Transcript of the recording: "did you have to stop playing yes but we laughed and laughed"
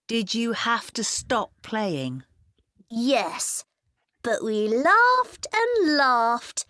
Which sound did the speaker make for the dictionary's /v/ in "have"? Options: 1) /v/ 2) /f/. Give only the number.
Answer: 2